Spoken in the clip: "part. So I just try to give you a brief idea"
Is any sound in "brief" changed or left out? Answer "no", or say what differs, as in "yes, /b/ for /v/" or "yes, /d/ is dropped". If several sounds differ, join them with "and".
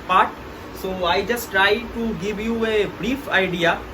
no